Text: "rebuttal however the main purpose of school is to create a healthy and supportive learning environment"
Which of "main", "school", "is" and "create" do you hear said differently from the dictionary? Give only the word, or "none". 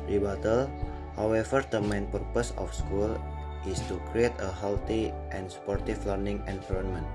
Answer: is